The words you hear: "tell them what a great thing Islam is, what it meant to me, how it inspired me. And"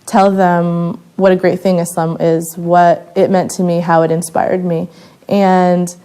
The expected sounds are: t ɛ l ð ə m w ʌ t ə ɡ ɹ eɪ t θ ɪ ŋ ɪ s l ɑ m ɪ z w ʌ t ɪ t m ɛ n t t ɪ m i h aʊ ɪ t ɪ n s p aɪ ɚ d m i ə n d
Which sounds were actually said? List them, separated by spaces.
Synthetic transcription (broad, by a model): t ɛ l ð ə m w ʌ t ə ɡ ɹ eɪ t θ ɪ ŋ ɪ s ʌ m ɪ z w ʌ t ɪ t m ɛ n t t ɪ m i h aʊ ɪ t ɪ n s p aɪ ɚ d m i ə n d